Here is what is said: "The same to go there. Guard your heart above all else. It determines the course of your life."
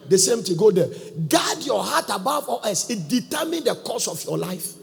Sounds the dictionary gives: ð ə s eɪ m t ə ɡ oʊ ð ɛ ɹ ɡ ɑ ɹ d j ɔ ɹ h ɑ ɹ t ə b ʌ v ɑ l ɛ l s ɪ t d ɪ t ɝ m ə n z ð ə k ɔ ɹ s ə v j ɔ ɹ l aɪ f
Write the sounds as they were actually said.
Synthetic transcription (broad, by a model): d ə s eɪ m t ə ɡ oʊ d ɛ ɡ ɑ d j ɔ h ɑ t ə b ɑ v ɑ l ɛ s ɪ t d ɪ t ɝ m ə n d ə k ɔ s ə f j ɔ l aɪ f